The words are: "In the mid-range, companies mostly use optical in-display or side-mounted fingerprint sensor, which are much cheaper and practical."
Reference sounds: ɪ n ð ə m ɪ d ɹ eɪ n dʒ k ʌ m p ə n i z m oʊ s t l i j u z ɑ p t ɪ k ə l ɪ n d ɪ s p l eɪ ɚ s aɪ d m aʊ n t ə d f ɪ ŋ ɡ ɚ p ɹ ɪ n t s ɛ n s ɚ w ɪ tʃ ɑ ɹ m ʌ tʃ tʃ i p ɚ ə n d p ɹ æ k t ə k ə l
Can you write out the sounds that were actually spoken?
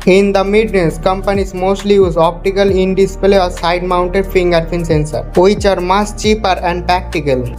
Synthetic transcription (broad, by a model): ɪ n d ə m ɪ d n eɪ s k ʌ m p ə n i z m oʊ s t l i j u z ɑ p t ɪ k ə l ɪ n d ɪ s p l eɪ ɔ s aɪ d m aʊ n t ə d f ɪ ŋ ɡ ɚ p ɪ n s ɛ n s ɚ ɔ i tʃ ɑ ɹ m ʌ s tʃ i p ɚ ə n d p ɹ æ k t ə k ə l